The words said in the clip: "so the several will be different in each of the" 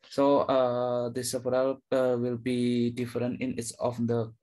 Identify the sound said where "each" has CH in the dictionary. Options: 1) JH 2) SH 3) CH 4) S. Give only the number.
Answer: 4